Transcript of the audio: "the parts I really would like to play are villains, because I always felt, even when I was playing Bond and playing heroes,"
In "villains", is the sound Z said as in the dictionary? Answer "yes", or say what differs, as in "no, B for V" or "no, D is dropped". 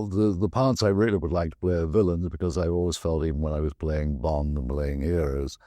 yes